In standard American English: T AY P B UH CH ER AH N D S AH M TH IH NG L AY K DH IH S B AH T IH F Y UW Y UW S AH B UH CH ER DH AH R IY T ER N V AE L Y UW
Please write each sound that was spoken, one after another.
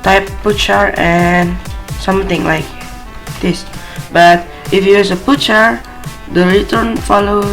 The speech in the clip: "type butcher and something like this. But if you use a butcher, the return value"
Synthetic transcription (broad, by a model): T AY P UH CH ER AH N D S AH M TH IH NG L AY K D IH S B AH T IH F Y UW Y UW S AH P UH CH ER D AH R IY T ER N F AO L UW